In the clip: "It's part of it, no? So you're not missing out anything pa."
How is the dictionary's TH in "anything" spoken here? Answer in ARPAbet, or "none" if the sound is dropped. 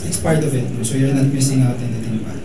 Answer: T